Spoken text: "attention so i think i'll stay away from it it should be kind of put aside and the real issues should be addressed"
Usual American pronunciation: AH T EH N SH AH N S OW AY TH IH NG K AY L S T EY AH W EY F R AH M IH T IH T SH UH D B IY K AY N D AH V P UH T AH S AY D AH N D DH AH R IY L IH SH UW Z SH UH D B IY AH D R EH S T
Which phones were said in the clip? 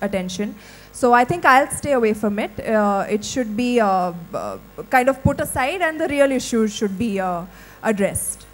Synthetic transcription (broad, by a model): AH T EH N SH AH N S OW AY T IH NG K AY L S T EY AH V EY F R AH M IH T IH T SH UH D B IY K AY N D AH V P UH T AH S AY D AH N D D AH R IY L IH SH UW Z SH UH D B IY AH D R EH S T